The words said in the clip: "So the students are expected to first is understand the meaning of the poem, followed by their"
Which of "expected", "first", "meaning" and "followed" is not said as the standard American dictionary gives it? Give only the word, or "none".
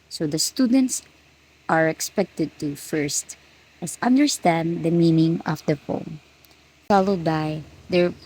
none